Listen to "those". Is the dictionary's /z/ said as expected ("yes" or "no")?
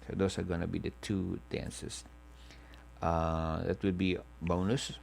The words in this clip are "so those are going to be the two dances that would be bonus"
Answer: no